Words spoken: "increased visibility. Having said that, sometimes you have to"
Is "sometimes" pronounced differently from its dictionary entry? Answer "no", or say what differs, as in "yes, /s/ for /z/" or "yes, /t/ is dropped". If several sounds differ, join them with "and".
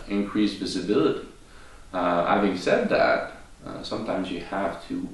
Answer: no